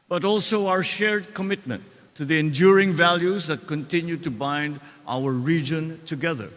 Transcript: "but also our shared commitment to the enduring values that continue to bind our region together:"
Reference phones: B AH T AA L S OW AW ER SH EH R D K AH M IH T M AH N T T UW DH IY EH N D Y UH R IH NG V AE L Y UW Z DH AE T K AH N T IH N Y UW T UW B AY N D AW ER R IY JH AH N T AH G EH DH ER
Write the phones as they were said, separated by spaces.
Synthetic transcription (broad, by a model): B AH T AA L S OW AW ER SH EH R D K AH M IH T M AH N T T UW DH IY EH N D Y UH R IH NG V AE L Y UW Z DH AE T K AH N T IH N Y UW T UW B AY N D AW ER R IY JH AH N T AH G EH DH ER